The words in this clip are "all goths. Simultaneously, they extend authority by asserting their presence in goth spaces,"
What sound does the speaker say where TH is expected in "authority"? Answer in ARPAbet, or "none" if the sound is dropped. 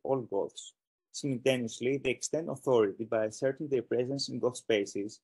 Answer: TH